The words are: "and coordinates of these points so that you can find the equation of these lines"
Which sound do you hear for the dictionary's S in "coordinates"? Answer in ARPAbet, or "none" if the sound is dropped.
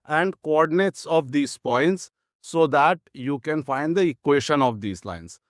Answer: S